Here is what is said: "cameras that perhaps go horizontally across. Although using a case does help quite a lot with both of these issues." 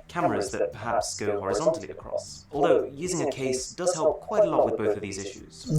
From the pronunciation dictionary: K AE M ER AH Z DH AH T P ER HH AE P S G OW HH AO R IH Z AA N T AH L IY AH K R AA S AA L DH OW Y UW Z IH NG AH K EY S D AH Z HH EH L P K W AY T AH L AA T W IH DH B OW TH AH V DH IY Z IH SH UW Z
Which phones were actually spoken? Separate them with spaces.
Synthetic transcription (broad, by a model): K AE M ER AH Z DH AH T P ER HH AE P S G OW HH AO R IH Z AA N T L IY AH K R AA S AA L DH OW Y UW Z IH NG AH K EY S D AH Z HH EH L P K W AY T AH L AA T W IH DH B OW TH AH V DH IY Z IH SH UW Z